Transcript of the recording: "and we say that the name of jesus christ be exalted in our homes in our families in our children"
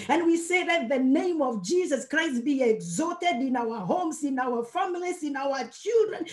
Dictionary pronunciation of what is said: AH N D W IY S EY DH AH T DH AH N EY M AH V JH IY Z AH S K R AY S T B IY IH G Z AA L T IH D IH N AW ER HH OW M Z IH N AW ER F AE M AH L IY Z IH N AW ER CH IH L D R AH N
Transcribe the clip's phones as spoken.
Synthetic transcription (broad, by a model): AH N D W IY S EY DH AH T DH AH N EY M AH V JH IY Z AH S K R AY S T B IY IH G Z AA T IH D IH N AW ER HH OW M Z IH N AW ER F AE M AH L IY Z IH N AW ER CH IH L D R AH N